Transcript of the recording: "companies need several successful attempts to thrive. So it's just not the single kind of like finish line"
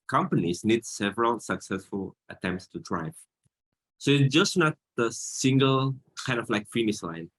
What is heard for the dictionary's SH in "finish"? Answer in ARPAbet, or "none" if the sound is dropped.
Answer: S